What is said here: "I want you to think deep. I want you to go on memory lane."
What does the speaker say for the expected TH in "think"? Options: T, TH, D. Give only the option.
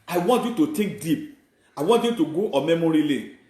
T